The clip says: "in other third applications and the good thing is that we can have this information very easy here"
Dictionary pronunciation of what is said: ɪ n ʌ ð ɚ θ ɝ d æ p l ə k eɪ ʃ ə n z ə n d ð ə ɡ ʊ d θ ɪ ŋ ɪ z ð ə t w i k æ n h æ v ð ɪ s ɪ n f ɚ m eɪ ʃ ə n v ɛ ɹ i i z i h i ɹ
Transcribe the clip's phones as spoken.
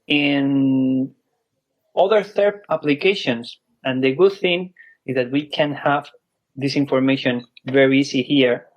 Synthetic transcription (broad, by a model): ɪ n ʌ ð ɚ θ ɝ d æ p l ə k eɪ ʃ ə n s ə n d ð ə ɡ ʊ d θ ɪ ŋ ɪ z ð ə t w i k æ n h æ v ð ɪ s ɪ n f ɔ m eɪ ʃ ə n v ɛ ɹ i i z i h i ɹ